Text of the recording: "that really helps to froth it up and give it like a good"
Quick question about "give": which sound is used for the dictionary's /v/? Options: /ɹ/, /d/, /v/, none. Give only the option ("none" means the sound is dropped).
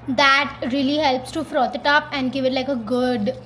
/v/